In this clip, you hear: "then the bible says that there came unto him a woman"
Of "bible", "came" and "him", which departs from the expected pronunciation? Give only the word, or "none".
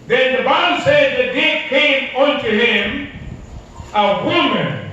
bible